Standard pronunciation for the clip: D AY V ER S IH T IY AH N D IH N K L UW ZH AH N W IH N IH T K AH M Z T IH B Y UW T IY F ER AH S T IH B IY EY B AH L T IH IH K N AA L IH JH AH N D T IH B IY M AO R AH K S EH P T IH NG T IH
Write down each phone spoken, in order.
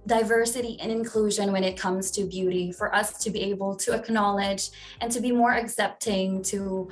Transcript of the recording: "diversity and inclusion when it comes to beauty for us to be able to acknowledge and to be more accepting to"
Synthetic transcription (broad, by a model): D AY V ER S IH T IY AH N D IH N K L UW ZH AH N W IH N IH T K AH M Z T IH B Y UW T IY F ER AH S T IH B IY EY B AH L T IH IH K N AA L IH JH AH N T IH B IY M AO R AH K S EH P T IH NG T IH